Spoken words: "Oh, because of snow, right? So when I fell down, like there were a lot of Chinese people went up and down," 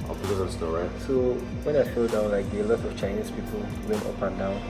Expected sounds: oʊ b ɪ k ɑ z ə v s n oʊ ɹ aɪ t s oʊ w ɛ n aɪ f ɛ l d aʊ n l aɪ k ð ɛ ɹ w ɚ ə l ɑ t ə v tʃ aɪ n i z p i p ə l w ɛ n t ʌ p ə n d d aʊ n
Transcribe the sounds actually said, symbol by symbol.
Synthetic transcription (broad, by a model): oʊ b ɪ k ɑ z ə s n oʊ ɹ aɪ t s oʊ w ɛ n aɪ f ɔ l d aʊ n l aɪ k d ə l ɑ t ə f tʃ aɪ n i s p i p ə l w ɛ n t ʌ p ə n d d aʊ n